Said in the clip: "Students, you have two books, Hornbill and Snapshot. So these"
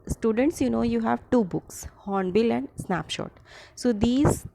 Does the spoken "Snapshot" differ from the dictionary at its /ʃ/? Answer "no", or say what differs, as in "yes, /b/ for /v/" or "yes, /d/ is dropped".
no